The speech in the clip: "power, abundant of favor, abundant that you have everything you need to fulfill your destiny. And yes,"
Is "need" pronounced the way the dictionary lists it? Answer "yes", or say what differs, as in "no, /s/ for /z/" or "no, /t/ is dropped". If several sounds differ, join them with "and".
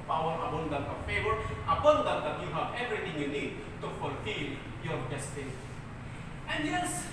yes